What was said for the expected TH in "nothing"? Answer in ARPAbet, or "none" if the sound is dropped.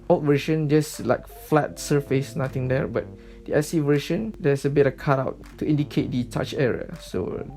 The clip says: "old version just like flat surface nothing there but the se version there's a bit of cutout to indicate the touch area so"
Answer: T